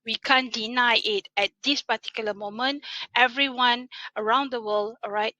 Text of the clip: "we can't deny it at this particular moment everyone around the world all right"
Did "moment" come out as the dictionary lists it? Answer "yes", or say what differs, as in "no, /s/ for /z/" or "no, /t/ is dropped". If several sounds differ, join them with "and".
yes